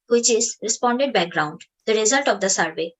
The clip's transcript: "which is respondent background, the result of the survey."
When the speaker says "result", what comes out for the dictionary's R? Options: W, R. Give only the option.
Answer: R